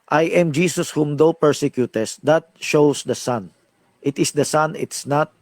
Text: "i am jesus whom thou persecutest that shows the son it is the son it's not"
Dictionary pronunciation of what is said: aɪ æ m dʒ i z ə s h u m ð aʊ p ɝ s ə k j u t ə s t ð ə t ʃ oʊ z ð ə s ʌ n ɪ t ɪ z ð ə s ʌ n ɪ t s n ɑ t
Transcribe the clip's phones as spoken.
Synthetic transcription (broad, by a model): aɪ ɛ m dʒ i s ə s h u m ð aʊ p ɝ s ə k j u t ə s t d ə t ʃ oʊ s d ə s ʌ n ɪ t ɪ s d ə s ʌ n ɪ t s n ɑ t